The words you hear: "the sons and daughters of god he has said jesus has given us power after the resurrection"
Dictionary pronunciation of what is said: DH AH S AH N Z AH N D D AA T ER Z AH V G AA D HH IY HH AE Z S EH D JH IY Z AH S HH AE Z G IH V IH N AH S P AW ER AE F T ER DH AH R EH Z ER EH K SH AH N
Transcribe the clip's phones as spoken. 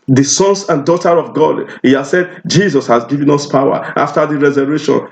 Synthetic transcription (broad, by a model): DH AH S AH N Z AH N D D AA T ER AH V G AA D HH IY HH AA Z S EH D JH IY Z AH S HH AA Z G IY V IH N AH S P AW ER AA F T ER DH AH R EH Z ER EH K SH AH N